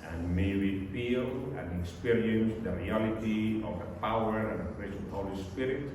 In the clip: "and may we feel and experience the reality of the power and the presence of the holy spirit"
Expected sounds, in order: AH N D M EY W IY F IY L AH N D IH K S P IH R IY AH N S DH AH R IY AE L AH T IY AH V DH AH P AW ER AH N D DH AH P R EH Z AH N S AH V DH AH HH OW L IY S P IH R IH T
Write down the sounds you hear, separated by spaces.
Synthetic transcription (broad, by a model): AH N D M EY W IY F IY L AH N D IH K S P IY R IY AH N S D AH R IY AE L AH T IY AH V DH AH P AW ER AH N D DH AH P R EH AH S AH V HH OW L IY S P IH R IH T